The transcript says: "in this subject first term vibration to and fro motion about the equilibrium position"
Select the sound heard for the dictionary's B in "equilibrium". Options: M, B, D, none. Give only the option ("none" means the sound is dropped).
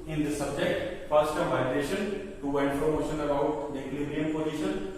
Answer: none